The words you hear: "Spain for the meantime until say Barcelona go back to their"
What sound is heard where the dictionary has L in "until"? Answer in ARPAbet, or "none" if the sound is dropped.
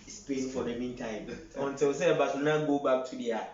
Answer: W